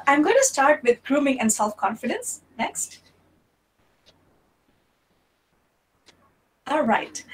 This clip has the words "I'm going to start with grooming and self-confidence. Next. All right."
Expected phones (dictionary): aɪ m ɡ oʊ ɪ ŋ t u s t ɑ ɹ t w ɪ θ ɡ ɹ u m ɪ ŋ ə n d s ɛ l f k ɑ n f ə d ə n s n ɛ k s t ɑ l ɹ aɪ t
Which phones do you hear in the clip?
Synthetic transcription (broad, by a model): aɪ m ɡ oʊ ɪ ŋ t u s t ɑ ɹ t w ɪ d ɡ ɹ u m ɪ ŋ ə n d s ɛ l f k ɑ n f ə d ə n s n ɛ k s t ɑ l ɹ aɪ t